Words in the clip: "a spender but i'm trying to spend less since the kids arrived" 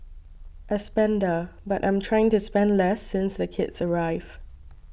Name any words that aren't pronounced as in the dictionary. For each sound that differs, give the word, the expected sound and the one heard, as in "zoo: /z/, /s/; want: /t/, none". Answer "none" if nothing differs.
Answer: arrived: /d/, none